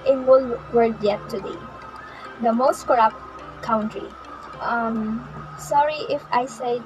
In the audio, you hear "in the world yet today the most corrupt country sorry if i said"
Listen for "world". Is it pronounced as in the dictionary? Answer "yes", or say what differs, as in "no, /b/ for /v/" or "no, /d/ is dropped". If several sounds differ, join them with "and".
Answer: no, /l/ is dropped